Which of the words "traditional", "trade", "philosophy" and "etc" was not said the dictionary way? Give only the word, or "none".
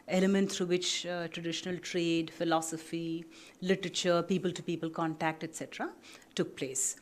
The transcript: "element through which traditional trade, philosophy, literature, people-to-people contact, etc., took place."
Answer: none